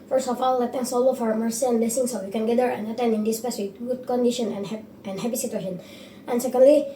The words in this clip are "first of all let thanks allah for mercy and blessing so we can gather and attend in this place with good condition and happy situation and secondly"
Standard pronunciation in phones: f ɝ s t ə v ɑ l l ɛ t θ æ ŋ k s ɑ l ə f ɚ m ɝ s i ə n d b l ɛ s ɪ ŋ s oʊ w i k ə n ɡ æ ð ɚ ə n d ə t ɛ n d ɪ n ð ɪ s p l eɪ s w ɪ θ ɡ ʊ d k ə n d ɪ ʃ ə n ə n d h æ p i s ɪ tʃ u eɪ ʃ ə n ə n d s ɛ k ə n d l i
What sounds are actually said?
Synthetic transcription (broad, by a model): f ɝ s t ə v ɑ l l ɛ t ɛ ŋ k s ɑ l ə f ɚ m ɝ s i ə n b l ɛ s ɪ ŋ s oʊ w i k ə n ɡ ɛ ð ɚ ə n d ə t ɛ n d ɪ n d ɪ s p eɪ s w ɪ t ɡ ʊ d k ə n d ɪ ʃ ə n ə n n h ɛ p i s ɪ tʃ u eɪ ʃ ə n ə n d s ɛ k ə n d l i